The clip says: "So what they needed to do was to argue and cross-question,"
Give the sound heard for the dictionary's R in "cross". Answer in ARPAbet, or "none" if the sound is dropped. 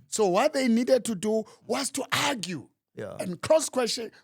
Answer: L